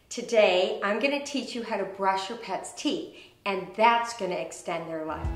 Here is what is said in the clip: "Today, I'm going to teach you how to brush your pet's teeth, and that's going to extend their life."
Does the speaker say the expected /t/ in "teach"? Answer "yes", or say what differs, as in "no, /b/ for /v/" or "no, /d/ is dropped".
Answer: yes